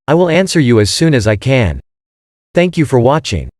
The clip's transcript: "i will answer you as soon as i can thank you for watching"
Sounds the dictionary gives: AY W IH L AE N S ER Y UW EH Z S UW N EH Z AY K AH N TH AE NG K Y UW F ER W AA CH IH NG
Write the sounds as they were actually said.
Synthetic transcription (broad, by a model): AY W IH L AE N S ER Y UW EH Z S UW N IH Z AY K AH N TH AE NG K Y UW F ER W AA CH IH NG